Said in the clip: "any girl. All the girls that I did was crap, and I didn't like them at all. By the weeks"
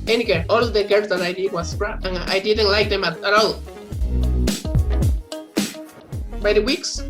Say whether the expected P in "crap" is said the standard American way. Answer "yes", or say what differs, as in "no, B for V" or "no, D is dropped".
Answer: no, P is dropped